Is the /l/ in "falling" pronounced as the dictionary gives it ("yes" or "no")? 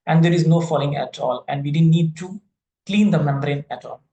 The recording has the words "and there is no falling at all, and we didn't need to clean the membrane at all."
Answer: yes